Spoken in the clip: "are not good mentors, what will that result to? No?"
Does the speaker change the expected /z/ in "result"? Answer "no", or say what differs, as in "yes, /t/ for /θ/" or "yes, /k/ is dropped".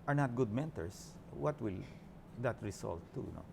yes, /s/ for /z/